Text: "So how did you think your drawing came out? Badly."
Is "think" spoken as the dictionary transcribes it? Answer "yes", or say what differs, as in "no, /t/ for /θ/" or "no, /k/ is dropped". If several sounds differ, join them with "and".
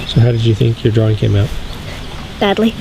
yes